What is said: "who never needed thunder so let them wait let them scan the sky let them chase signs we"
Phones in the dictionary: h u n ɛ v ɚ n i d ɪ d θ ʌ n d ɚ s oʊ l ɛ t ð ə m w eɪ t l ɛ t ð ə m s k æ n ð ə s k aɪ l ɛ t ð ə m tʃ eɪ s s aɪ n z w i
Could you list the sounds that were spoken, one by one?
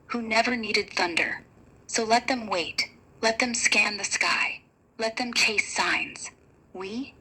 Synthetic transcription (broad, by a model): h u n ɛ v ɚ n i d ɪ d θ ʌ n d ɚ s oʊ l ɛ t ð ə m w eɪ t l ɛ t ð ə m s k æ n ð ə s k aɪ l ɛ t ð ə m tʃ eɪ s s aɪ n z w i